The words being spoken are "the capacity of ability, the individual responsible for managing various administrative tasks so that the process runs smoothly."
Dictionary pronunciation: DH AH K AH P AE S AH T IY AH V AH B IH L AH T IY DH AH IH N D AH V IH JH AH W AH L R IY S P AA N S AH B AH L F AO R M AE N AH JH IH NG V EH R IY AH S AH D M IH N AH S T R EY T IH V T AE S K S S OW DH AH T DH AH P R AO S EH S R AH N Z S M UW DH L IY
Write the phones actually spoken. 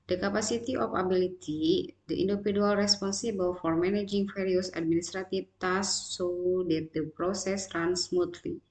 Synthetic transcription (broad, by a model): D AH K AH P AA S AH T IY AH F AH B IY L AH T IY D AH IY N D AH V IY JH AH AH L R IY S P AA N S AH B AH L F AO R M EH N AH JH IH NG F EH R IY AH S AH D M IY N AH S T R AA T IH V T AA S S S OW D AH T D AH P R AO S EH S R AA N S M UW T L IY